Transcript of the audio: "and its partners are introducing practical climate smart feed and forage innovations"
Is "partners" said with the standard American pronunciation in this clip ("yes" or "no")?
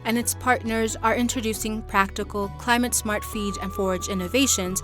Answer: yes